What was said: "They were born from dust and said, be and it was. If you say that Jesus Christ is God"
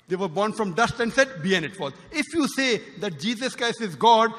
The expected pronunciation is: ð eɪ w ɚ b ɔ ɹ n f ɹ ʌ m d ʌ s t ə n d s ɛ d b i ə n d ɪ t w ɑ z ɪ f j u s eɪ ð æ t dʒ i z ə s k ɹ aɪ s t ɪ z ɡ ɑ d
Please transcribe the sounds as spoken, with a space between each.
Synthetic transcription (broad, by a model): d eɪ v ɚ b ɔ ɹ n f ɹ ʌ m d ʌ s t ə n d s ɛ d b i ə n ɪ t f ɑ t ɪ f j u s eɪ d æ t dʒ i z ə s k ɹ aɪ s t ɪ z ɡ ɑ d